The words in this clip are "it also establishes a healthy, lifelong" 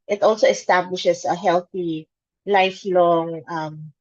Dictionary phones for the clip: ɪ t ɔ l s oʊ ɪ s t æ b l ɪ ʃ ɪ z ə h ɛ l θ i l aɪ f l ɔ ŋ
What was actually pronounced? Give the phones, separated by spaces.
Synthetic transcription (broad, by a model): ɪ t ɔ l s oʊ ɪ s t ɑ b l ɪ ʃ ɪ s ə h ɛ l θ i l aɪ f l ɔ ŋ